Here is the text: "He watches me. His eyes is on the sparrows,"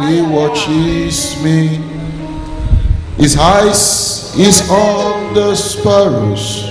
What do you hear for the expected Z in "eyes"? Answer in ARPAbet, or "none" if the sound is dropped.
S